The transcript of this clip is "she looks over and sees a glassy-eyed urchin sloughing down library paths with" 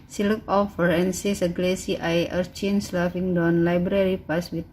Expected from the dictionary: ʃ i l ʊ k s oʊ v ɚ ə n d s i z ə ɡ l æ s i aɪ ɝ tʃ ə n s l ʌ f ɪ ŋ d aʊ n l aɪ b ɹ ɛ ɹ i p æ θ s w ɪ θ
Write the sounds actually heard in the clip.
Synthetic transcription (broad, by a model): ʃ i l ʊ k oʊ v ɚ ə n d s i s ə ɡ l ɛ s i aɪ ɝ tʃ ə n s l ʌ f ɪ ŋ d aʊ n l aɪ b ɹ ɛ ɹ i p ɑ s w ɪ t